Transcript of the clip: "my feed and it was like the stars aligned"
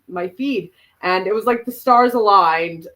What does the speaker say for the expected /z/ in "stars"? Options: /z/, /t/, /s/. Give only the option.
/z/